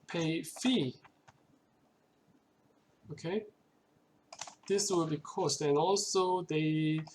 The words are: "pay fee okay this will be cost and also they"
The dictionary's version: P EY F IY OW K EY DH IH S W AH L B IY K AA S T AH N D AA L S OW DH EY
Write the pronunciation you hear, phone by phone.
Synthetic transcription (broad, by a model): P EY F IY OW K EY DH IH S W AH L B IY K AA S T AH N AA L S OW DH EY